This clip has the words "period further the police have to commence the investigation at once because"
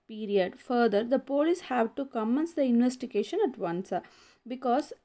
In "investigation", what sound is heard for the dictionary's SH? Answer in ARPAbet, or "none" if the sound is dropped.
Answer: SH